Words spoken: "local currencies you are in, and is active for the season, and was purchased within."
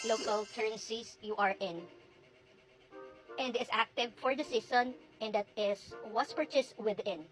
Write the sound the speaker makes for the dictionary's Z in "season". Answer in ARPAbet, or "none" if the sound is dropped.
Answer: S